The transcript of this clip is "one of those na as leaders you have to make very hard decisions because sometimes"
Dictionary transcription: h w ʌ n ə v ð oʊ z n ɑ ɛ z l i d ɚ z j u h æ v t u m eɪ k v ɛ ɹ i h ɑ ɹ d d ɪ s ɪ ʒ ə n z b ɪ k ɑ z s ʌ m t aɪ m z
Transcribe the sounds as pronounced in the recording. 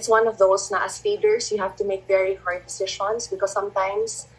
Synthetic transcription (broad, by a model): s w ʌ n ə v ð oʊ s n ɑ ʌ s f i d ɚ s j u h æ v t u m eɪ k v ɛ ɹ i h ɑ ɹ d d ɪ s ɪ ʃ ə n s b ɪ k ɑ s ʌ m t aɪ m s